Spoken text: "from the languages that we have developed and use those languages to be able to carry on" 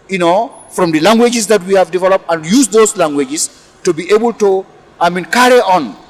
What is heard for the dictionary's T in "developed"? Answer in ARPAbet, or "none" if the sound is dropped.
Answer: T